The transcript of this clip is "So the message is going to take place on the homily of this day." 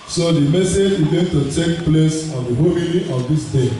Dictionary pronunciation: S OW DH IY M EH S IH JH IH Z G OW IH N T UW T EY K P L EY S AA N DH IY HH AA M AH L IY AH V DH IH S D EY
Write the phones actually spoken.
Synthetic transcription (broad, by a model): S OW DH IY M EH S IH JH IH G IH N T UW T EY K P L EY S AA N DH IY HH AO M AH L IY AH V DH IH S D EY